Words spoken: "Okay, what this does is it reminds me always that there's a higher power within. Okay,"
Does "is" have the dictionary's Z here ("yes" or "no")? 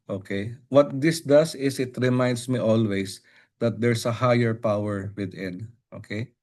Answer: no